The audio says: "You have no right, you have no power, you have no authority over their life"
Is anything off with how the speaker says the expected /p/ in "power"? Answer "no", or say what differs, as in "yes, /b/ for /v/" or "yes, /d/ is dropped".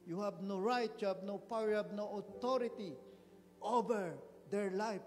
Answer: no